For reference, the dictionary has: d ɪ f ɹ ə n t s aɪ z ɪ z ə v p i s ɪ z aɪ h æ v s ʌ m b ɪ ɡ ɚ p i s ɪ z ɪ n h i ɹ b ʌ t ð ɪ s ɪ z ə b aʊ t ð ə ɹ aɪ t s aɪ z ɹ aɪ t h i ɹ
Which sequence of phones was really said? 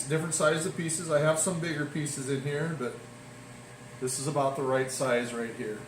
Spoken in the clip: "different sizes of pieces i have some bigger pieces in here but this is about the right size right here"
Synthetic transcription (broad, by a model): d ɪ f ɹ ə n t s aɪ ɪ z ə v p i s ɪ z aɪ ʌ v s ʌ m b ɪ ɡ ɚ p i s ɪ z ɪ n h i ɹ b ʌ t ð ɪ s ɪ z ə b aʊ t ð ə ɹ aɪ t s aɪ z ɹ aɪ t h i ɹ